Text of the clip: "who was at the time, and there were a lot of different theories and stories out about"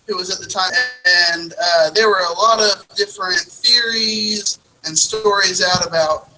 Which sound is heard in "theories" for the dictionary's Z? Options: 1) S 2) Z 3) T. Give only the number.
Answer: 2